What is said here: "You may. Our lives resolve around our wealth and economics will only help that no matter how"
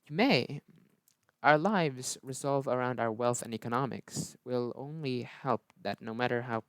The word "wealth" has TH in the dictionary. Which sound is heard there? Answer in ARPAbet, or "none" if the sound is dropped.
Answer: TH